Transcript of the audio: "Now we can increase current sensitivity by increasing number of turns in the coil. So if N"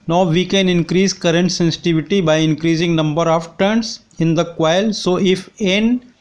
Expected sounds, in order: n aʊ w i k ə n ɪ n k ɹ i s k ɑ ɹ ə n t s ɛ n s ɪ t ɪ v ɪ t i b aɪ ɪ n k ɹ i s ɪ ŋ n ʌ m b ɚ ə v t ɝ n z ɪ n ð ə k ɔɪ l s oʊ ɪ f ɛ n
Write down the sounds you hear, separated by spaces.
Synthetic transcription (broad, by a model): n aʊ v i k ə n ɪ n k ɹ i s k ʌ ɹ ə n t s ɛ n s ɪ t ɪ v ɪ t i b aɪ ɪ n k ɹ i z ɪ ŋ n ʌ m b ɚ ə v t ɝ n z ɪ n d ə k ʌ l s oʊ ɪ f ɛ n